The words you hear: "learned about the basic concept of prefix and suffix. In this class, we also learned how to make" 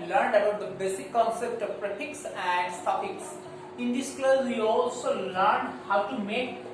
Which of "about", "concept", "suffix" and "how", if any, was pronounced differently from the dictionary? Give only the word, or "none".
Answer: suffix